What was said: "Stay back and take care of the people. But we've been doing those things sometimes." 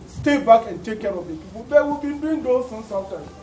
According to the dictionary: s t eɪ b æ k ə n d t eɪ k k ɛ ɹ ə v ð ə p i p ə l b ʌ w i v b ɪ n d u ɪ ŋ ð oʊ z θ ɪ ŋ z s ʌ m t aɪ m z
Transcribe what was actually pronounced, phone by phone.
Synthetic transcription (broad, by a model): s t eɪ b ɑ k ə n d t eɪ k k ɛ ɹ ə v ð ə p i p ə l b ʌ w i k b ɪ n d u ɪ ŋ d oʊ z s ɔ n s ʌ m t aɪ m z